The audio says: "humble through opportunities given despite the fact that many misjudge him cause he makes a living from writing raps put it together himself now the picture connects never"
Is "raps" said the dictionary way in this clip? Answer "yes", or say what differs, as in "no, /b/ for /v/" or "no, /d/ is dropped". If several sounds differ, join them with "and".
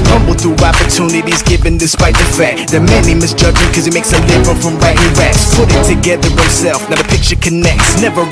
no, /p/ is dropped